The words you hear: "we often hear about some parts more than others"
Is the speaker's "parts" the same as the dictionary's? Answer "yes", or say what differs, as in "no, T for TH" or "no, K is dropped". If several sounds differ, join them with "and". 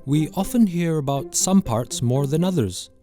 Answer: yes